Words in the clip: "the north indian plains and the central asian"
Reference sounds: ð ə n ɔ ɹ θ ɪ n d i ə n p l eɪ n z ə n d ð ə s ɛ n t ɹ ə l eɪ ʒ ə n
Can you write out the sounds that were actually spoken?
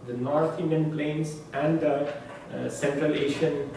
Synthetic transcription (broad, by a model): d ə n ɔ ɹ t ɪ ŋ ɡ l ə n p l eɪ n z ə n d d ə s ɛ n t ɹ ə l eɪ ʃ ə n